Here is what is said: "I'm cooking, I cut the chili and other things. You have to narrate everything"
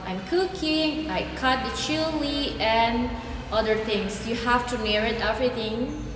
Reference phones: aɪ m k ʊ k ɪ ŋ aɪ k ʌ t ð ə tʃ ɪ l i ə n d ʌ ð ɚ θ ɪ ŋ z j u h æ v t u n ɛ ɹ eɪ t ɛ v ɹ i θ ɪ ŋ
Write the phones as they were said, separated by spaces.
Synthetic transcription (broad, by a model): aɪ m k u k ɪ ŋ aɪ k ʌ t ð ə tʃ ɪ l i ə n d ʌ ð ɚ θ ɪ ŋ s j u h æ f t u n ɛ ɹ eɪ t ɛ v ɹ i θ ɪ ŋ